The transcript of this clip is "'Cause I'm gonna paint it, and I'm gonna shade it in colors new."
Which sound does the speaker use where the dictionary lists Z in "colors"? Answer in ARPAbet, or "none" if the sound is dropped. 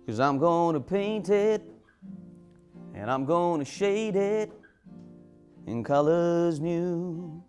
Z